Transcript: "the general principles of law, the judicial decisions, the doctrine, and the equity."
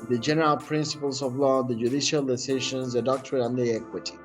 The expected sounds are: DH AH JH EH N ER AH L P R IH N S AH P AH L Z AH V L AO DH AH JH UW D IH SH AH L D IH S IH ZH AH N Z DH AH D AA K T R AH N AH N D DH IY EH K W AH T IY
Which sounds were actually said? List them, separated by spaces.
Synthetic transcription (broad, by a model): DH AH JH EH N ER AH L P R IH N S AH P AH L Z AH V L AO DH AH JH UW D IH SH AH L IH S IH SH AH N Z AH D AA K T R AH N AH N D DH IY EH K W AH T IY